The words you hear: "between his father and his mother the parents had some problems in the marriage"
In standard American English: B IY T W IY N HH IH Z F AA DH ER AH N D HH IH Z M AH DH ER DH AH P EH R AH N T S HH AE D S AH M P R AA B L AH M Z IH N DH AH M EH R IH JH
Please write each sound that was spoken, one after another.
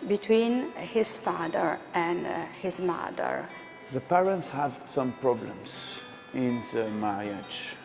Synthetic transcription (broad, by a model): B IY T W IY N HH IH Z F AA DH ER AH N D HH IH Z M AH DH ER DH AH P EH R AH N T S HH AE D S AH M P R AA B L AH M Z IH N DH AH M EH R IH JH